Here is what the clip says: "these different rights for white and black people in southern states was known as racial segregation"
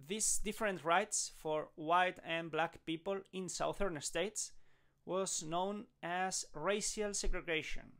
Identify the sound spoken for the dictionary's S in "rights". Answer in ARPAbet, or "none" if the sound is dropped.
S